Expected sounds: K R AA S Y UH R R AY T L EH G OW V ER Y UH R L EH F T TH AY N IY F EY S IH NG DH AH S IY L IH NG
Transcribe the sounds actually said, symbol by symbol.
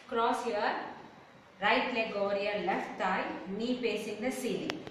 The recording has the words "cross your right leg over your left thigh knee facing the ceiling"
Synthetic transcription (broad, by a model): K R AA S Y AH R R AY T L EH G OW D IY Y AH L EH F T T AY N IY P EY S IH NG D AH S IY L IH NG